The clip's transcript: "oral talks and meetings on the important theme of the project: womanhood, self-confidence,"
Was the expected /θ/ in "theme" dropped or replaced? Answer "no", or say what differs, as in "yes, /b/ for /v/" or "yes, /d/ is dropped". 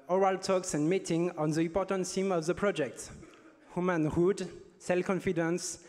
yes, /s/ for /θ/